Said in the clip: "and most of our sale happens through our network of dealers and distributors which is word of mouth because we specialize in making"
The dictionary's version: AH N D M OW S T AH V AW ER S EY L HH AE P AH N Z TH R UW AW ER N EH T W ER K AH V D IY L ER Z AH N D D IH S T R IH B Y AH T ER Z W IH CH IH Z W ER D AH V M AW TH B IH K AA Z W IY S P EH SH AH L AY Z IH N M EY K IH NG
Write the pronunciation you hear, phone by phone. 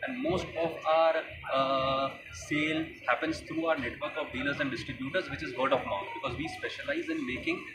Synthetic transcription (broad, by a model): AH N D M OW S T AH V AW ER S EY L HH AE P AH N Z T R UW AW ER N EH T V ER K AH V D IY L ER Z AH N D D IH S T R IH B Y AH T ER Z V IH CH IH Z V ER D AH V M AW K B IH K AA Z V IY S P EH SH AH L AY Z IH N M EY K IH NG